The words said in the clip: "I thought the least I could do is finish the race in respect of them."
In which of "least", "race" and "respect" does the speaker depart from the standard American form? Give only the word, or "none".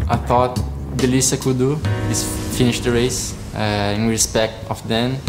least